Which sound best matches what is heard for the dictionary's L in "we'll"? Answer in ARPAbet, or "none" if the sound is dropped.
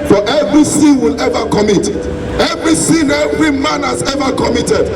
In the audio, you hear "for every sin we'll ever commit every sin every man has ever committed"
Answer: L